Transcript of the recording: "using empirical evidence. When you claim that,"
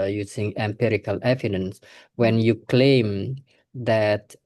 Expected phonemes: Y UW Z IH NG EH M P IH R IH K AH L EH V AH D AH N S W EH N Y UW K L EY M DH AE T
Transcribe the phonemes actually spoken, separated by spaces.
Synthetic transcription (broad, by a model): Y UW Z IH NG EH M P IH R IH K AH L EH V AH D AH N S W EH N Y UW K L EY M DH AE T